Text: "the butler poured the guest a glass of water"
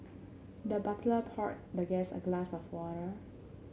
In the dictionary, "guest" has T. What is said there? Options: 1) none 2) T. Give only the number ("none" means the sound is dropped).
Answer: 1